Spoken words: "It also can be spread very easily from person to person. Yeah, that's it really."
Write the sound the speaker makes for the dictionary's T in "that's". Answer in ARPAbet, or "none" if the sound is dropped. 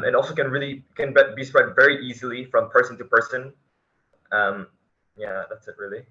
T